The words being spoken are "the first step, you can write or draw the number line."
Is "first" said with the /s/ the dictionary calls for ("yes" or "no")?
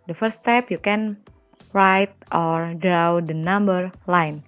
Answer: no